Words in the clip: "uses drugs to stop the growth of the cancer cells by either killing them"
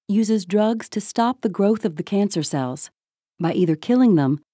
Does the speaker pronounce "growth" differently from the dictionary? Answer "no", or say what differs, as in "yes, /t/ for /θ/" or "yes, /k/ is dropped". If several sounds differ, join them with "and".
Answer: no